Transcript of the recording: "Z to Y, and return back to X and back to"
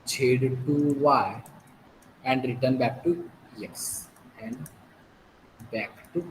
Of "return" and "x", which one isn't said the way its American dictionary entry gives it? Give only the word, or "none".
x